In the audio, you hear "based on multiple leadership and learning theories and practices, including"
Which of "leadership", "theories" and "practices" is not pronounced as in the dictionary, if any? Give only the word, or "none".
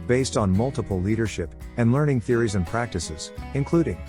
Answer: none